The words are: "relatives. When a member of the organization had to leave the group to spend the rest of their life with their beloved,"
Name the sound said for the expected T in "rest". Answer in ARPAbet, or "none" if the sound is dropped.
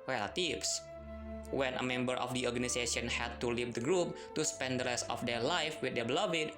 none